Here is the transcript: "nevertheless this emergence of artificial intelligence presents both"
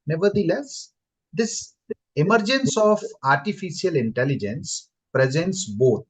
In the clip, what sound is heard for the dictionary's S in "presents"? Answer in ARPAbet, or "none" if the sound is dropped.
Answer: S